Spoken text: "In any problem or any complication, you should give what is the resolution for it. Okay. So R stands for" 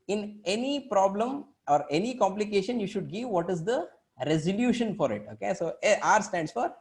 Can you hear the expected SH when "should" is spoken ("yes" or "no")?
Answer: yes